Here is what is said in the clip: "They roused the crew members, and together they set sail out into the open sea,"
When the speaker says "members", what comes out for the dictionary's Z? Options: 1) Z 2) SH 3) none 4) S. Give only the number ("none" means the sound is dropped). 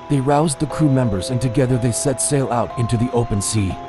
1